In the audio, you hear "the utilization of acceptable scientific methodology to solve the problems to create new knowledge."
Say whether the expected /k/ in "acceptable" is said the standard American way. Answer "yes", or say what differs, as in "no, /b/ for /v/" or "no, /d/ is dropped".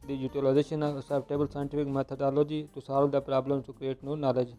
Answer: no, /k/ is dropped